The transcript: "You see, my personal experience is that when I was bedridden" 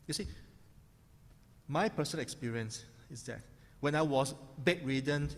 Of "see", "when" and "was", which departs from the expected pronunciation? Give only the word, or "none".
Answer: was